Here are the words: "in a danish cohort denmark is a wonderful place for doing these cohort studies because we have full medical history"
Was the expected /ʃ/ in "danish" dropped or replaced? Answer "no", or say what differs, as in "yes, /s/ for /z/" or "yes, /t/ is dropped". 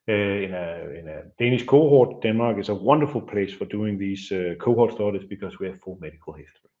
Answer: yes, /s/ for /ʃ/